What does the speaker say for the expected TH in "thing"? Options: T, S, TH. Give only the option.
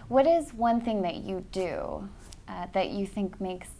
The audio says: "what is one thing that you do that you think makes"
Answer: TH